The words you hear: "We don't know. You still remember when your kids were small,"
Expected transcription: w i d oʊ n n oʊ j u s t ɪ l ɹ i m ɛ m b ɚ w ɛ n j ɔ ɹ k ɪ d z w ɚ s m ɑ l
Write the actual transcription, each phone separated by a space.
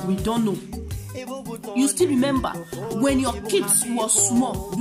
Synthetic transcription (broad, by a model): w i d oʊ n n oʊ j u s t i l ɹ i m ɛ m b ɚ w ɛ n j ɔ k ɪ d s w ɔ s m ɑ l